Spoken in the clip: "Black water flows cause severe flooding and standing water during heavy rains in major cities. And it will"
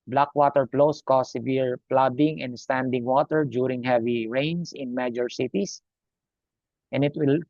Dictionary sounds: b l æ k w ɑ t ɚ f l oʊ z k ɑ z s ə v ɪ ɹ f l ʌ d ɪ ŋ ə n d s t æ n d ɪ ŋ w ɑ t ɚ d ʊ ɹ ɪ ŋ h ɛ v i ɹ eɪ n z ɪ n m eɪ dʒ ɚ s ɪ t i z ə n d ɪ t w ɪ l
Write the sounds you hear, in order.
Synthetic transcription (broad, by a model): b l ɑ k w ɑ t ɚ p l oʊ s k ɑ s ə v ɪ ɹ p l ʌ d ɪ ŋ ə n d s t æ n d ɪ ŋ w ɑ t ɚ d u ɹ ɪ ŋ h ɛ v i ɹ eɪ n s ɪ n m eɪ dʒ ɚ s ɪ t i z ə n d ɪ t w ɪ l